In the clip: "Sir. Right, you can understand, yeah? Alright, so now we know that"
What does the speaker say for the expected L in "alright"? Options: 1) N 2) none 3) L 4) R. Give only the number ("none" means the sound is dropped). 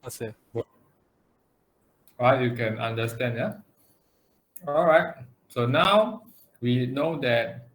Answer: 3